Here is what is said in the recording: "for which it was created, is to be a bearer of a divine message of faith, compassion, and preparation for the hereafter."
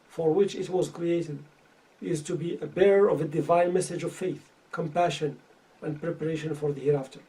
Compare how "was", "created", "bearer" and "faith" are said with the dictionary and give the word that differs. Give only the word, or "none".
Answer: none